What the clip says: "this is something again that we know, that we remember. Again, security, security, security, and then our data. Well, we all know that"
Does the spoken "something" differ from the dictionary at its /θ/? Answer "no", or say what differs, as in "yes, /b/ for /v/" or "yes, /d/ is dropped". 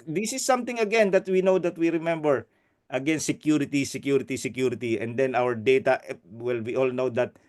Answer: yes, /t/ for /θ/